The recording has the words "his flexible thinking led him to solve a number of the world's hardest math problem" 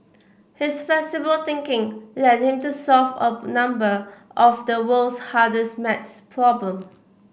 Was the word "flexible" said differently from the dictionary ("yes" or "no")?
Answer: yes